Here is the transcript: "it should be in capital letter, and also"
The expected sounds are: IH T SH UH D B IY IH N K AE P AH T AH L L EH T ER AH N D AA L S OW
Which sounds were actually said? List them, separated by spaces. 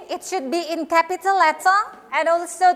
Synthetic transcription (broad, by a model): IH T SH UH D B IY IH N K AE P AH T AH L L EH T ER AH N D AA L S OW